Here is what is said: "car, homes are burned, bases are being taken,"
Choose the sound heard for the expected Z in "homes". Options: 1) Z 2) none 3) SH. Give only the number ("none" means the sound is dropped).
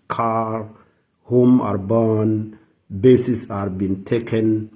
2